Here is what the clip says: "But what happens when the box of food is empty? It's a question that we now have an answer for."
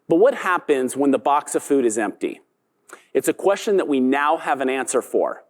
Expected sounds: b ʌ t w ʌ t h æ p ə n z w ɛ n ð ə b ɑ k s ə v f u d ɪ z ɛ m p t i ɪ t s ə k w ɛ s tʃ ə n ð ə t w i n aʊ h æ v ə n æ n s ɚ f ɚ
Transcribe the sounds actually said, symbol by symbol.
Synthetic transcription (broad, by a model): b ʌ t w ʌ t h æ p ə n z w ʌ n ð ə b ɑ k s ə v f u d ɪ z ɛ m p t i ɪ t s ə k w ɛ s tʃ ə n ð ə t w i n aʊ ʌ v ə n æ n s ɚ f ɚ